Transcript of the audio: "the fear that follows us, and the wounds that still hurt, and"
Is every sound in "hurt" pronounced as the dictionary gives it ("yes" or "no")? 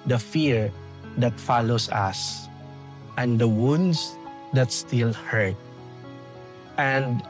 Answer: yes